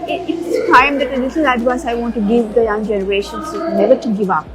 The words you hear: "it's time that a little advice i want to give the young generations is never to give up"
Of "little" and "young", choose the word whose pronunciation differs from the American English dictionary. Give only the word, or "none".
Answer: little